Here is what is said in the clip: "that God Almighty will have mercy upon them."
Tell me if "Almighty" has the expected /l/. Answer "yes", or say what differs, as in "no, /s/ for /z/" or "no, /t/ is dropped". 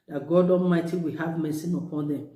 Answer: no, /l/ is dropped